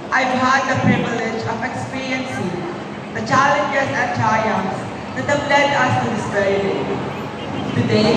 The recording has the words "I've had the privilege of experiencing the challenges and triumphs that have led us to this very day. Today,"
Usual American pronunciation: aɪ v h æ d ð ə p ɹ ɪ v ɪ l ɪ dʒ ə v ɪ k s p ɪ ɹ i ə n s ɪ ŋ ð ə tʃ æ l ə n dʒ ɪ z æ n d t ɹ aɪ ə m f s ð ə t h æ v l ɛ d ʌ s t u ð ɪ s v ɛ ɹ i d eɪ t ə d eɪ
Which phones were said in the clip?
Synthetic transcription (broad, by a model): aɪ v h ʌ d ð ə p ɹ ɪ v ɪ l ɪ dʒ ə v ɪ k s p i ɹ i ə n s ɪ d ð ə tʃ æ l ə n dʒ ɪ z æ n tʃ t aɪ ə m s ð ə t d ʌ f l ɛ d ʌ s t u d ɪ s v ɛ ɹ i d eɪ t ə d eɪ